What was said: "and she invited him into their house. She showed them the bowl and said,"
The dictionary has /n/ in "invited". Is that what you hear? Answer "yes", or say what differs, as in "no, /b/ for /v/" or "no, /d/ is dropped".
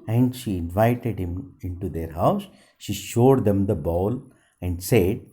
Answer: yes